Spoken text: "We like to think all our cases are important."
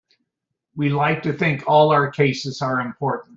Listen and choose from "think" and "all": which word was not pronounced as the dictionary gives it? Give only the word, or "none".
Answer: none